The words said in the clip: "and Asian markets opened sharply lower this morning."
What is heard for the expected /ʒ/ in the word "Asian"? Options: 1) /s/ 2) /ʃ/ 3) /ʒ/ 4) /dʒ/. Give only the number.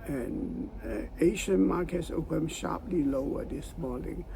2